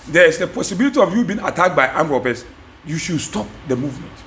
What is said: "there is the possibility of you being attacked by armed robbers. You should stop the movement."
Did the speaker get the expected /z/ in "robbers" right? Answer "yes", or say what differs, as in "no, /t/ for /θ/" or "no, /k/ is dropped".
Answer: no, /s/ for /z/